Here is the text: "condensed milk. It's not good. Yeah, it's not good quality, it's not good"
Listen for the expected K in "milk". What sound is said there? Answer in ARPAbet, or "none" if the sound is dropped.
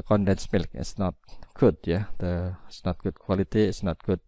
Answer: K